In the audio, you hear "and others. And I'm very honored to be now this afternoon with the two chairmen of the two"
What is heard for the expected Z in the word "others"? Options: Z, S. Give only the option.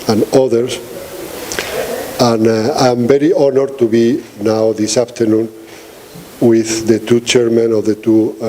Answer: S